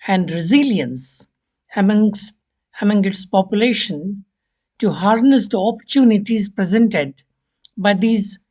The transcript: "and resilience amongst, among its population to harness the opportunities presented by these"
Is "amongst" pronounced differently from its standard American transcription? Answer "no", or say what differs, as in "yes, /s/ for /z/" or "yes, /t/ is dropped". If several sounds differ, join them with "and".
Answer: yes, /t/ is dropped